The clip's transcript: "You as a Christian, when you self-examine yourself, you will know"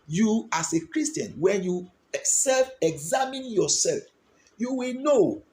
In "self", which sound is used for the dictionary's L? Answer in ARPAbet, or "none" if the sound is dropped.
L